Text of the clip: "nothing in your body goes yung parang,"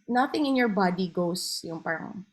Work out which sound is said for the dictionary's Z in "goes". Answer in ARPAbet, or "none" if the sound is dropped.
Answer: S